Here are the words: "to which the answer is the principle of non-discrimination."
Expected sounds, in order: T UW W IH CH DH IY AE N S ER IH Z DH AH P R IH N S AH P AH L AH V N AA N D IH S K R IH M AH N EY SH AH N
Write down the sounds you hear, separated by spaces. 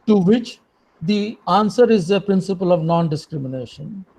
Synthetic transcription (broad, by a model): T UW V IH CH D IY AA N S ER IH Z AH P R IH N S AH P AH L AH V N AA N D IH S K R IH M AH N EY SH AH N